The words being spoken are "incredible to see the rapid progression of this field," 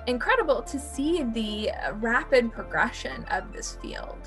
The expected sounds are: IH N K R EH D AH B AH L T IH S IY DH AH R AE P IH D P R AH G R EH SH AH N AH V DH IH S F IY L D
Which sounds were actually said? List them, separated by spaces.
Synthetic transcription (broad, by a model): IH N K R EH D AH B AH L T IH S IY DH AH R AE P IH D P R AH G R EH SH AH N AH V DH IH S F IY L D